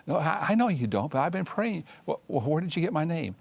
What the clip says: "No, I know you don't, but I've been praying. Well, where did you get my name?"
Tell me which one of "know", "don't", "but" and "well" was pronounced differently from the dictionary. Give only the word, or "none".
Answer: well